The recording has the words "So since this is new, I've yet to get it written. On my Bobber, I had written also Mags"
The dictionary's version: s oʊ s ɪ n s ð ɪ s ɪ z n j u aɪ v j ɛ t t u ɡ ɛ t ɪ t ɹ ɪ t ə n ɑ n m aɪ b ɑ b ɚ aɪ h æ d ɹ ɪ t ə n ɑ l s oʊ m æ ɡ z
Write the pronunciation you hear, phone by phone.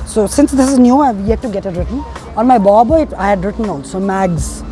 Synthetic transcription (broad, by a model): s oʊ s ɪ n s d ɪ s ɪ z n j u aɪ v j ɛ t t u ɡ ɛ t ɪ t ɹ ɪ t ə n ɑ n m aɪ b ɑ b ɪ aɪ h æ d ɹ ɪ t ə n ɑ n s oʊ m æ ɡ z